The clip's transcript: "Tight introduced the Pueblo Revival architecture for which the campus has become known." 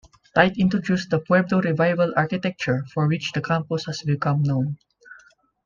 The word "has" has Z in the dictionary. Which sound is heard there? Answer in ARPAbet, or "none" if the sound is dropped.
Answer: S